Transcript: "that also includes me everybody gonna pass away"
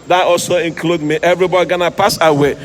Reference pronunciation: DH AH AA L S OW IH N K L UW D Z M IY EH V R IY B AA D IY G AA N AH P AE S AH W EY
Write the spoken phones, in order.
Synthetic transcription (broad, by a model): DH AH AA L S OW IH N K L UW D M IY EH V R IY B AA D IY G AA N AH P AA S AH W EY